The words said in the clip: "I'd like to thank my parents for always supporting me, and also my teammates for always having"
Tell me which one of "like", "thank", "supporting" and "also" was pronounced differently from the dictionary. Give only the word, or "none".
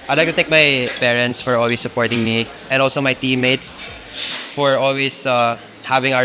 thank